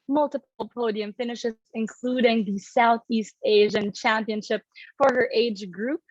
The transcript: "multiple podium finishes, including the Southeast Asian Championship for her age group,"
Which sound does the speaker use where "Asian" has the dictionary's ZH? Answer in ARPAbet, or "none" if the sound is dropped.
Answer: ZH